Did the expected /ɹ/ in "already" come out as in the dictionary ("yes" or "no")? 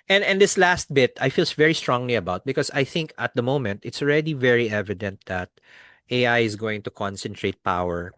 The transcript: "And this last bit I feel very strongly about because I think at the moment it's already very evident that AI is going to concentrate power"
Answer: yes